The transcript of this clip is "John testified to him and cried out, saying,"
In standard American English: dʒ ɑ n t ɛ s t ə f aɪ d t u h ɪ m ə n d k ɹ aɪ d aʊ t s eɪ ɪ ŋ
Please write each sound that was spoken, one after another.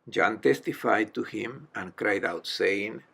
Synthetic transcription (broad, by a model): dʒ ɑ n t ɛ s t ə f aɪ d t u h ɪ m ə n k ɹ aɪ d aʊ t s eɪ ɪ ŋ